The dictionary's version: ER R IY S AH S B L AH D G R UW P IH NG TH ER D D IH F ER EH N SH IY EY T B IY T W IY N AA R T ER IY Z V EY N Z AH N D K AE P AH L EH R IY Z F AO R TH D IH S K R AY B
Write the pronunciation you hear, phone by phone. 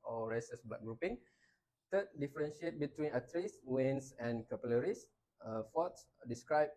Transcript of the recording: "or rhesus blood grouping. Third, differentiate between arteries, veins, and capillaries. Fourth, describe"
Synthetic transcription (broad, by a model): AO R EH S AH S B L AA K G R UW P IH NG T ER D D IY F ER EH N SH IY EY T B IY T W IY N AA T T IY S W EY N S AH N K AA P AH L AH R IY S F AO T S D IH S K R AY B